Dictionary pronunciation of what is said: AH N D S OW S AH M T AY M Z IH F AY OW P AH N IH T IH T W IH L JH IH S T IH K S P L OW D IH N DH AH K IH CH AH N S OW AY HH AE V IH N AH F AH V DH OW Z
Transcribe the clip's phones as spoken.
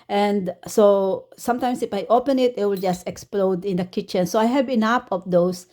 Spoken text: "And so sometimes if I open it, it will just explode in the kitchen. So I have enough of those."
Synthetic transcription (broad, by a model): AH N D S OW S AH M T AY M S IH F AY OW P AH N IH T IH T W IH L JH IH S T IH K S P L OW D IH N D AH K IH CH AH N S OW AY HH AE B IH N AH P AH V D OW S